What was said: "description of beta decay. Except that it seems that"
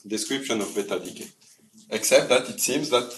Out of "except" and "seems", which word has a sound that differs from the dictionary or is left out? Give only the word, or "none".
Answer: none